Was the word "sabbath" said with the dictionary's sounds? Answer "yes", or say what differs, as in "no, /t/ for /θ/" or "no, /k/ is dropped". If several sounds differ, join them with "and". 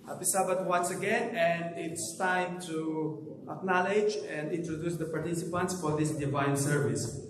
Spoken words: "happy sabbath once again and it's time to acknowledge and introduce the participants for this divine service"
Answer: no, /t/ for /θ/